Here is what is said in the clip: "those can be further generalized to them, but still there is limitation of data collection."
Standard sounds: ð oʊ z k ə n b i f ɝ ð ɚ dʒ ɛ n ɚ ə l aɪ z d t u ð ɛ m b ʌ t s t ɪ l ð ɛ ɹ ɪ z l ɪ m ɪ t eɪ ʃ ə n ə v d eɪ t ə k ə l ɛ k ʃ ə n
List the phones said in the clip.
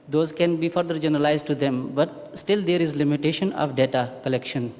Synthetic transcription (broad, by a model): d oʊ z k ə n b i f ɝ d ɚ dʒ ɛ n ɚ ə l aɪ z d t u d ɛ m b ʌ t s t ɪ l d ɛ ɹ ɪ z l ɪ m ɪ t eɪ ʃ ə n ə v d eɪ t ə k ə l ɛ k ʃ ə n